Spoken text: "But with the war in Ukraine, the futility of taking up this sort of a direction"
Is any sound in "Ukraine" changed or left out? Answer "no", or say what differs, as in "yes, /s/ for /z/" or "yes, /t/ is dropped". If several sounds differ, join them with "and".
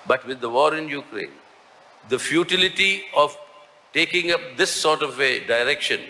no